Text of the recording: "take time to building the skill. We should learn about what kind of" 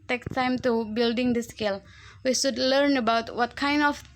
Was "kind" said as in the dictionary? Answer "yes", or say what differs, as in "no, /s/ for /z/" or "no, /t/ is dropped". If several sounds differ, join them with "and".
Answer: yes